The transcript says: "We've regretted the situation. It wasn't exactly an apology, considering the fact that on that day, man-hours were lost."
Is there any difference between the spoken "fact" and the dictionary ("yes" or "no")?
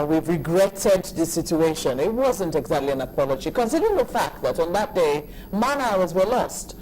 no